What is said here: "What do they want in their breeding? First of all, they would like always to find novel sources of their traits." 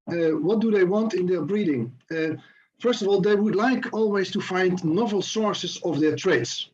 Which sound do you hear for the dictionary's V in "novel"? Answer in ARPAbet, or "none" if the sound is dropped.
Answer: V